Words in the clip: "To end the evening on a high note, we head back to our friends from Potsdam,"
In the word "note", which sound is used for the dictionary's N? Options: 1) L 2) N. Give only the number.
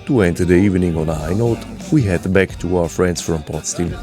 2